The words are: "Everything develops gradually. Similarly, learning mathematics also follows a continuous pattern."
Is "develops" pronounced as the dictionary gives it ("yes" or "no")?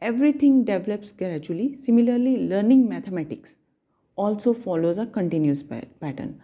yes